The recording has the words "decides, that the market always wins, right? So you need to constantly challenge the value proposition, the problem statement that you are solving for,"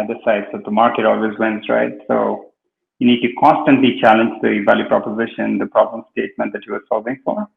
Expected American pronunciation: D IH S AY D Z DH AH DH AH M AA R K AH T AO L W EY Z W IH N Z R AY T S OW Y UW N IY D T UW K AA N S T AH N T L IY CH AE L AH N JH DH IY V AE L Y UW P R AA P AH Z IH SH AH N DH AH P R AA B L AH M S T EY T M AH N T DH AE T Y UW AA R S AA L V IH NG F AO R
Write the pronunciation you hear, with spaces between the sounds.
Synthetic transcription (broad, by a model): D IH S AY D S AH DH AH M AA R K AH T AO L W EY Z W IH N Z R AY T S OW Y UW N IY D T UW K AA N S T AH N T L IY CH AE L AH N JH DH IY V AE L Y UW P R AA P AH Z IH SH AH N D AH P R AA B L AH M S T EY T M AH N T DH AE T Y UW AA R S AA L V IH NG F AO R